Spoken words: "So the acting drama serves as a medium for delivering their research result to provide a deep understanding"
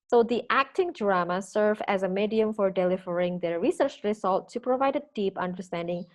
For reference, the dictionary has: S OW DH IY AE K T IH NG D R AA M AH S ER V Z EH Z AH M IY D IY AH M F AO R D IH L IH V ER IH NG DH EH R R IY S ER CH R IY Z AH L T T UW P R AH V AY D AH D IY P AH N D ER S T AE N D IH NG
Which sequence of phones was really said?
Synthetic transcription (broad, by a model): S OW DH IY AE K T IH NG D R AA M AH S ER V EH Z AH M IY D IY AH M F AO R D IH L IH V ER IH NG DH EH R R IY S ER CH R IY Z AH L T T UW P R AH V AY D AH D IY P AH N D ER S T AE N D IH NG